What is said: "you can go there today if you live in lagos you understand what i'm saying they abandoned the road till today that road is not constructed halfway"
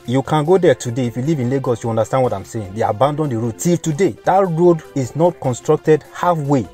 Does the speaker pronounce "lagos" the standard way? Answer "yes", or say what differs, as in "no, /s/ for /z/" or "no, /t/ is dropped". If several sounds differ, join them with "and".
yes